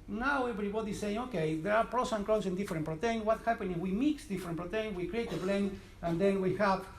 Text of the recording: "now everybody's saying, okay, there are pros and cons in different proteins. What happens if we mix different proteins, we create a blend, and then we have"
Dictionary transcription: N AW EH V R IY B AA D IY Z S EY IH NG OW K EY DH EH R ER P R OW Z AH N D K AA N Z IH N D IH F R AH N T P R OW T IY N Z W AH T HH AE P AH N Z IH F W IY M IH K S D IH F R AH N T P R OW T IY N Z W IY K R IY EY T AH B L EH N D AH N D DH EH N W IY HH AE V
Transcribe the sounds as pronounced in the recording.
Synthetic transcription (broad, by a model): N AW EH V R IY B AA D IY S EY IH NG OW K EY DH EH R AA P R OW S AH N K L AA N S IH N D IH F R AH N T P R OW T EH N W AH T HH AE P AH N IH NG W IY M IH K S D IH F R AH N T P R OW T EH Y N W IY K R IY EY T AH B L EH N AH N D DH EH N W IY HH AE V